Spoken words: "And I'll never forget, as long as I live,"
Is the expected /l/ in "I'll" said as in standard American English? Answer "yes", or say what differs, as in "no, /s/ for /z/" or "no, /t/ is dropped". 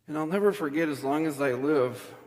yes